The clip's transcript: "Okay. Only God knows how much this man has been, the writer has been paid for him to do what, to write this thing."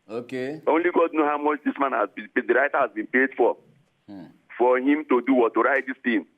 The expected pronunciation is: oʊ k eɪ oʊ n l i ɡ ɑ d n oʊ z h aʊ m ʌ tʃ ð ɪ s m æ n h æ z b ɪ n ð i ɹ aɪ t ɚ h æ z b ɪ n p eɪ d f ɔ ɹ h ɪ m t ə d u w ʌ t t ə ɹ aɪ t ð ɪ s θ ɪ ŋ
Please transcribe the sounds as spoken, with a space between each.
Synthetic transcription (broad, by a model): oʊ k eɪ oʊ n l i ɡ ɑ d n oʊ h aʊ m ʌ tʃ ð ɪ s m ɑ n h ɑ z b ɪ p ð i ɹ aɪ t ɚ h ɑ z b ɪ n p eɪ d f ɔ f h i m t ə d u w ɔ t t ə ɹ aɪ t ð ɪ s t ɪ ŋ